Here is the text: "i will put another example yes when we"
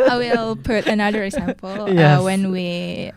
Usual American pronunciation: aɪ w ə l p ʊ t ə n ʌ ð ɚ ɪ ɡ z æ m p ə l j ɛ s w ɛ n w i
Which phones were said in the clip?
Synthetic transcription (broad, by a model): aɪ w ə l p ʊ t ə n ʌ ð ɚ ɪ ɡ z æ m p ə l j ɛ w ɛ n w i